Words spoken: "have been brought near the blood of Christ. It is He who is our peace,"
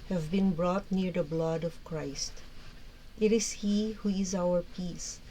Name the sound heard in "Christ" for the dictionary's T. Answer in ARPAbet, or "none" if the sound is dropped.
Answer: T